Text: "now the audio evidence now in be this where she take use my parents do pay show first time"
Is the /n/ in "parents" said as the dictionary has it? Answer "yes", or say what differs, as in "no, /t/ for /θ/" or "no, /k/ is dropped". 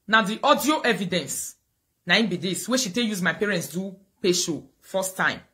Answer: yes